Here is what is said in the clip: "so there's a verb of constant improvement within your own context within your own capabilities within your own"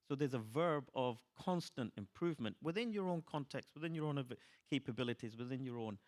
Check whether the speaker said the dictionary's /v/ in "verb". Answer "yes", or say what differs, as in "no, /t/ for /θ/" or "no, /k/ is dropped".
yes